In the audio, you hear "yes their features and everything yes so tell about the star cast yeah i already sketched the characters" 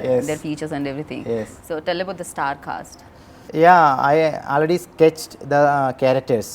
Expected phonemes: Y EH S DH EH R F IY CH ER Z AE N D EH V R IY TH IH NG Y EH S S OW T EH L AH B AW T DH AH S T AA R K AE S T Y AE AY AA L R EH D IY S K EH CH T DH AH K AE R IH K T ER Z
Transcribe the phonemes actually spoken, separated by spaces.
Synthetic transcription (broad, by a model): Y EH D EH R F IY CH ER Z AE N D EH V R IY T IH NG Y EH S S OW T EH L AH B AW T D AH S T AA R K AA S T Y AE AY AA L R EH D IY S K EH CH T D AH K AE R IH K T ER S